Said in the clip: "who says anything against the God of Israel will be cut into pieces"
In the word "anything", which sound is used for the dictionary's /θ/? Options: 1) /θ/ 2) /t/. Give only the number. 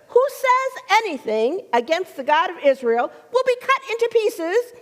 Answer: 1